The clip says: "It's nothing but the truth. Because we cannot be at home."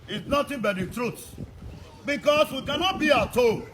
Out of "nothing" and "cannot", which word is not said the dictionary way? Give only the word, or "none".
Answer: nothing